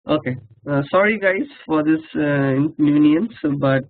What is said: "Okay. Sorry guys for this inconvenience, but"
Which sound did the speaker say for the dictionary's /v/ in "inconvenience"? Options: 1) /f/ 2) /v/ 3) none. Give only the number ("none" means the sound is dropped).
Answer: 3